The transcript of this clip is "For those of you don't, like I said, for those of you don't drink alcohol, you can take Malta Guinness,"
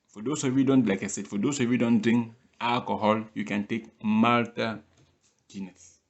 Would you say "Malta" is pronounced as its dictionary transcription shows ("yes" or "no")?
yes